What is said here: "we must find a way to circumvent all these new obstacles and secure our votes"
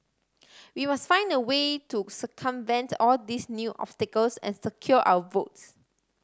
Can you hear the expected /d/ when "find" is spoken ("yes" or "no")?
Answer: yes